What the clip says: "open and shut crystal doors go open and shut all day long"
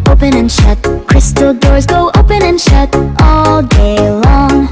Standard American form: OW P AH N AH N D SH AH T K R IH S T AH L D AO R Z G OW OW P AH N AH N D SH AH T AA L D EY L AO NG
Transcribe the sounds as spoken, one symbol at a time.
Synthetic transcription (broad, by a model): OW P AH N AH N SH AH T K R IH S T L D AO R Z G OW OW P AH N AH N SH AH T AA L D EY L AO NG